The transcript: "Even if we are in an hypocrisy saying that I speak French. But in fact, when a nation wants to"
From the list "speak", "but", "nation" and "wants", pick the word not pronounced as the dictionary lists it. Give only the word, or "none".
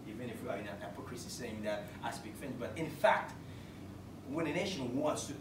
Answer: speak